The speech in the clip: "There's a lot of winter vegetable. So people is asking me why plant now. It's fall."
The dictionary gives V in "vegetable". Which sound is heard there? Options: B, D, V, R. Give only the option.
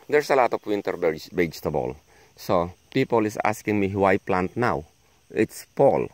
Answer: B